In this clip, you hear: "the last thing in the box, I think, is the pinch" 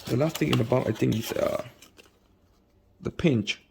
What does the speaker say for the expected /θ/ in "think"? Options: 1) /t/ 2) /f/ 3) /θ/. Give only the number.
1